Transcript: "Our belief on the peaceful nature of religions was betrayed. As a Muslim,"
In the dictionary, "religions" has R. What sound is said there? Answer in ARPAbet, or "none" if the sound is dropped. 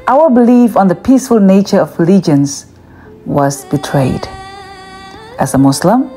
L